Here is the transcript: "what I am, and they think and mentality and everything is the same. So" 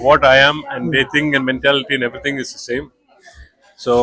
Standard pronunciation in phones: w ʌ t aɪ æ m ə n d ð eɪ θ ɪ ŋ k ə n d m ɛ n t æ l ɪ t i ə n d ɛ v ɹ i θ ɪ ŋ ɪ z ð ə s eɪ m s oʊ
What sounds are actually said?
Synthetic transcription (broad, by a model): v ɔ t aɪ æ m ə n d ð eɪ t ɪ ŋ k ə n d m ɛ n t æ l ɪ t i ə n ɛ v ɹ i t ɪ ŋ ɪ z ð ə s eɪ m s oʊ